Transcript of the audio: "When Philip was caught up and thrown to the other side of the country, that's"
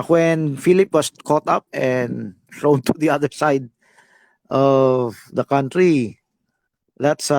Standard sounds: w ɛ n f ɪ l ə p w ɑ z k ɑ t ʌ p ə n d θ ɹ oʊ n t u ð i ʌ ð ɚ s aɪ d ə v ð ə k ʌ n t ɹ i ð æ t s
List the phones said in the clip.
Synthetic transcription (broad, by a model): w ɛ n f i l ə p w ɑ s k ɑ t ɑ p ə n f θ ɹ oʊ n t u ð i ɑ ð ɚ s aɪ d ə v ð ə k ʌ n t ɹ i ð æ t s